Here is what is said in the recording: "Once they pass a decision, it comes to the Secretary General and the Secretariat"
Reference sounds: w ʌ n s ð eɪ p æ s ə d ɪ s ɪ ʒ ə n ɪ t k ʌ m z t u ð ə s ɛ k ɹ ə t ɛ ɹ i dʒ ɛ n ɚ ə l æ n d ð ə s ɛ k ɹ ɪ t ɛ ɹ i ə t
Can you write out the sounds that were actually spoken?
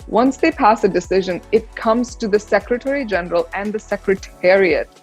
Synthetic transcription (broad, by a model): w ʌ n s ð eɪ p æ s ə d ɪ s ɪ ʒ ə n ɪ t k ʌ m z t u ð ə s ɛ k ɹ ə t ɛ ɹ i dʒ ɛ n ɚ ə l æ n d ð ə s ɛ k ɹ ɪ t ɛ ɹ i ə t